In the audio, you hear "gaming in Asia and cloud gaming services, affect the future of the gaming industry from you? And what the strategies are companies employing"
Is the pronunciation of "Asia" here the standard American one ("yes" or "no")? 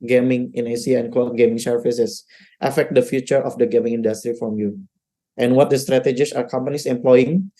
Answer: no